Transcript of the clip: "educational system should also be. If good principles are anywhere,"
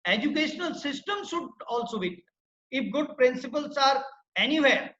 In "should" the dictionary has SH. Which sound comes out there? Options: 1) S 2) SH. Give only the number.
1